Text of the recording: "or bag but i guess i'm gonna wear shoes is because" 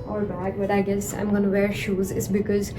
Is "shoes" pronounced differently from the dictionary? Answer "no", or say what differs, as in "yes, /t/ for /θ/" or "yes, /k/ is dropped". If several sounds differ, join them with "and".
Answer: no